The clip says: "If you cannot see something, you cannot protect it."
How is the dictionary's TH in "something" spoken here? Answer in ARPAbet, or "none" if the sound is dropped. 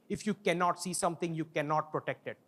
T